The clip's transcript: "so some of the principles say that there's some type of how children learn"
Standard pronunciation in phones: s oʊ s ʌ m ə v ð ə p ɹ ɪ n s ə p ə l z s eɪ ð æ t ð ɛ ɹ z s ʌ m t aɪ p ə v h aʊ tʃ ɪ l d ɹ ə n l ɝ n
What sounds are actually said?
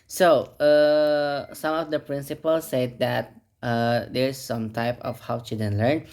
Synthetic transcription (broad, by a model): s oʊ s ʌ m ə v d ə p ɹ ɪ n s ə p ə l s eɪ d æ t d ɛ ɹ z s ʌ m t aɪ p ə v h aʊ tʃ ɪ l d ə n l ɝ n